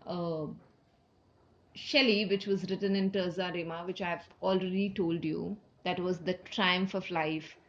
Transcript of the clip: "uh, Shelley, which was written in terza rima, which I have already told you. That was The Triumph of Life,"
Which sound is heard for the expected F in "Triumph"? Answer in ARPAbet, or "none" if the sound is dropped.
F